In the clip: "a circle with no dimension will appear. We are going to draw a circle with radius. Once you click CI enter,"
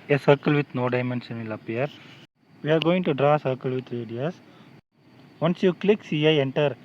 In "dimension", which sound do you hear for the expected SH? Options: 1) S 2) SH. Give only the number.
1